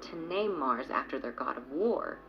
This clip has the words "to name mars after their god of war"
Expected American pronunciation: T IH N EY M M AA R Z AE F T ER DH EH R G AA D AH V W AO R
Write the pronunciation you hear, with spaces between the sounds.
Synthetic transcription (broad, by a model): T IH N EY M M AA R Z AE F T ER DH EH R G AA D AH V W AO R